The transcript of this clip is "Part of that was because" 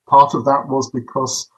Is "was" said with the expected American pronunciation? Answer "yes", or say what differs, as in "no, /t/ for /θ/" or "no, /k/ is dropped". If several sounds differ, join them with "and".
yes